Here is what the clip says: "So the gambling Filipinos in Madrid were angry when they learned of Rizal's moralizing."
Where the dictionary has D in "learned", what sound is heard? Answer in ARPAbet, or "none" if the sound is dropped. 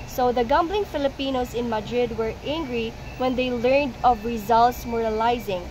D